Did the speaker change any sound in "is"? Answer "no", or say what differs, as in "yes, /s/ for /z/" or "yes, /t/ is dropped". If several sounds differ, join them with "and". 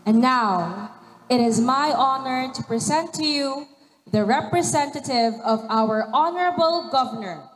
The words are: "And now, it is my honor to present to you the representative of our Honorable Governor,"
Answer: no